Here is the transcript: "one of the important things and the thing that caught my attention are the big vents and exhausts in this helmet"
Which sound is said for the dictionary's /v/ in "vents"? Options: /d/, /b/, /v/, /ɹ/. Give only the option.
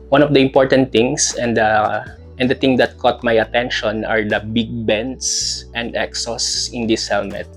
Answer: /b/